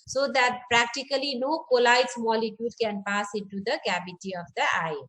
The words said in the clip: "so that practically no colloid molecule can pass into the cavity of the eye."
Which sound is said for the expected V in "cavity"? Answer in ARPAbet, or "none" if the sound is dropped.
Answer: B